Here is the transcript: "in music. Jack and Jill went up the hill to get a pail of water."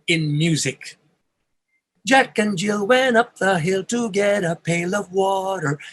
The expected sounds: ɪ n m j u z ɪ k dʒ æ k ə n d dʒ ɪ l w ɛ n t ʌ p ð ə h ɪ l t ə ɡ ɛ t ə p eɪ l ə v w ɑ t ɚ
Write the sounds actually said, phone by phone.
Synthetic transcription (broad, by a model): ɪ n m j u z ɪ k dʒ æ k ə n dʒ ɪ l w ɛ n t ʌ p ð ə h ɪ l t ə ɡ ɛ t ə p eɪ l ə v w ɑ t ɚ